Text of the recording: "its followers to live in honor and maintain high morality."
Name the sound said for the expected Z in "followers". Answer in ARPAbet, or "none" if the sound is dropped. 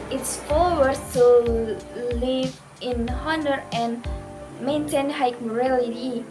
none